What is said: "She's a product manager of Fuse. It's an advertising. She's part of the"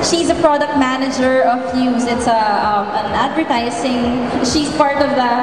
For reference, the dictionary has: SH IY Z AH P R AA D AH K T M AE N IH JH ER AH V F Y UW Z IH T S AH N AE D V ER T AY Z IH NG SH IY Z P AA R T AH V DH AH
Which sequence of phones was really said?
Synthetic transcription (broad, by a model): SH IY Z AH P R AA D AH K T M AE N IH JH ER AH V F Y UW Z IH T S AH N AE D V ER T AY S IH NG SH IY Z P AA R T AH V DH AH